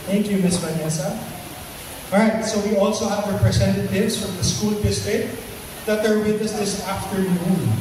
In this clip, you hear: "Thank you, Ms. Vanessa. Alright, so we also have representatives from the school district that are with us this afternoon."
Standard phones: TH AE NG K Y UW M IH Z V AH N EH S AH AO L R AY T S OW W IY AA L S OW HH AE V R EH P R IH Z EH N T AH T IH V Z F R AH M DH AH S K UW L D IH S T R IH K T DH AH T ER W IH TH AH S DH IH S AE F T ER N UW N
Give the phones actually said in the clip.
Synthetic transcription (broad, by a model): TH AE NG K Y UW M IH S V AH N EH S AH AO R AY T S OW W IY AA L S OW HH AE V R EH P R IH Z EH N T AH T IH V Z F R AH M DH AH S K UW L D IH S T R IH T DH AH T ER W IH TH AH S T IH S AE F T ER N UW N